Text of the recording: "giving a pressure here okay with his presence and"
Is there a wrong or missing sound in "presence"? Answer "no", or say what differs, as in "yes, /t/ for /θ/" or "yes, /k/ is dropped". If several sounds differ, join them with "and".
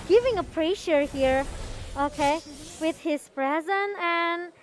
yes, /s/ is dropped